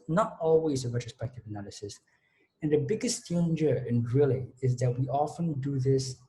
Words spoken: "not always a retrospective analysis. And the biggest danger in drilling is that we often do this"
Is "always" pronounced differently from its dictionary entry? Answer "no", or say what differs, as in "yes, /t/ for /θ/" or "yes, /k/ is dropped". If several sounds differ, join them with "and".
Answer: no